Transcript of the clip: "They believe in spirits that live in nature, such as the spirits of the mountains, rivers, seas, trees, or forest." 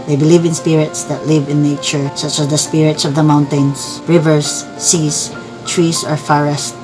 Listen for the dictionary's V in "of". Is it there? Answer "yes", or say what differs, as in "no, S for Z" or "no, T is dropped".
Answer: yes